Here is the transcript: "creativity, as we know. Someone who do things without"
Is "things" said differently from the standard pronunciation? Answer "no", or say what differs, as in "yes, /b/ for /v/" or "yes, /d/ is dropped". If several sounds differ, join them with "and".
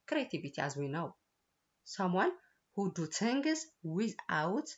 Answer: yes, /t/ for /θ/